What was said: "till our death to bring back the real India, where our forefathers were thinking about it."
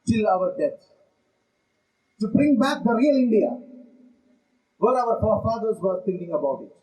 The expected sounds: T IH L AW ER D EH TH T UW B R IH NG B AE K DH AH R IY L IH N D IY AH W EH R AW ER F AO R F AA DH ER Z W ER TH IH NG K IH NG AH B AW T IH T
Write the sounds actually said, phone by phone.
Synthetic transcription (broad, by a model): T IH L AW ER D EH T T UW B R IH NG B AE K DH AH R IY L IH N D IY AH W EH L AW ER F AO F AA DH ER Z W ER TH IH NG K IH NG AH B AW T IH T